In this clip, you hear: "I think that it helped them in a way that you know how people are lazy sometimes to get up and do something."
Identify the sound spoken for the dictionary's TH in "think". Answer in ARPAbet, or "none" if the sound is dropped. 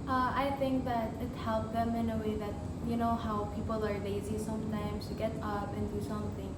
TH